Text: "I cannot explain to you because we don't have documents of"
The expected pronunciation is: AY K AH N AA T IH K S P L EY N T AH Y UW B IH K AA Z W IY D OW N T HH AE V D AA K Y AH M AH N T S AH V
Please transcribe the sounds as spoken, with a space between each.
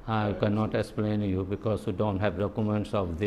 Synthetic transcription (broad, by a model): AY K AH N AA T IH K S P L EY N Y UW B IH K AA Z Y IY D OW N T HH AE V D AA K Y AH M AH N T S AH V